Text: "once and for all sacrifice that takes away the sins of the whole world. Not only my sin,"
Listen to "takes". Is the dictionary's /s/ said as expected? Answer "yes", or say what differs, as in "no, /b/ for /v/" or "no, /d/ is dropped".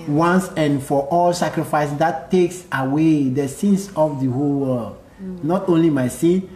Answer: yes